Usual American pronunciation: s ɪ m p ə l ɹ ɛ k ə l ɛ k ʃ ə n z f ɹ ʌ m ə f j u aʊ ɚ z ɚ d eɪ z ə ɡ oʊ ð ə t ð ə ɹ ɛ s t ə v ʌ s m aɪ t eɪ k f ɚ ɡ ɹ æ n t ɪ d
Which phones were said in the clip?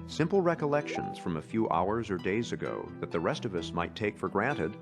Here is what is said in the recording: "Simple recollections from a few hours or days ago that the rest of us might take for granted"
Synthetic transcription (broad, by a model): s ɪ m p l ɹ ɛ k ə l ɛ k ʃ ə n z f ɹ ʌ m ə f j u aʊ ɚ z ɚ d eɪ z ə ɡ oʊ ð ə t ð ə ɹ ɛ s t ə v ʌ s m aɪ t eɪ k f ɚ ɡ ɹ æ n t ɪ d